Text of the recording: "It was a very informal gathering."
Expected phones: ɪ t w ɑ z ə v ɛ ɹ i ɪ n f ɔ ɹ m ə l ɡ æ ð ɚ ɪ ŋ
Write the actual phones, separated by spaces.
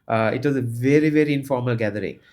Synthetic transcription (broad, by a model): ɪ t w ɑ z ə v ɛ ɹ i ɪ n f ɔ ɹ m ə l ɡ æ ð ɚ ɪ ŋ